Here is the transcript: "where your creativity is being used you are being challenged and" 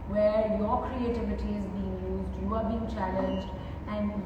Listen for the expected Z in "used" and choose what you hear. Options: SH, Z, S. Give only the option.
Z